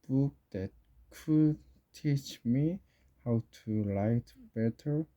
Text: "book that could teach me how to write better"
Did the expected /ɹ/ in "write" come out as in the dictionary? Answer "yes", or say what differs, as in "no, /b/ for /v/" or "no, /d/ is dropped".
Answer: no, /l/ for /ɹ/